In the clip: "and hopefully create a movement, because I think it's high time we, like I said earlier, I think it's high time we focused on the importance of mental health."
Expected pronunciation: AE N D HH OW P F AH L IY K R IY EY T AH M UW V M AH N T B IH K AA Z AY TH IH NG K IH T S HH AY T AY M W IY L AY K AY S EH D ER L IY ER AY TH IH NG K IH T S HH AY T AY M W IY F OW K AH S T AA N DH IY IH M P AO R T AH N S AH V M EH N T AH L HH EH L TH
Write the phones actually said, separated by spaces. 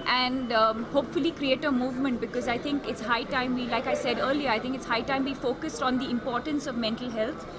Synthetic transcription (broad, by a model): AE N D HH OW P F AH L IY K R IY EY T AH M UW V M AH N T B IH K AA Z AY T IH NG K IH T S HH AY T AY M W IY L AY K AY S EH D ER L IY ER AY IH NG K IH T S HH AY T AY M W IY F OW K AH S T AA N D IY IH M P AO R T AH N S AH V M EH N T AH L HH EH L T